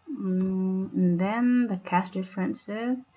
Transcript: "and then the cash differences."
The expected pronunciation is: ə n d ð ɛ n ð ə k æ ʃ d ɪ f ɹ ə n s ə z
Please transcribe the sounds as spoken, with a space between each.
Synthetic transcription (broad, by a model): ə n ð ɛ n ð ə k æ s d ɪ f ɹ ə n s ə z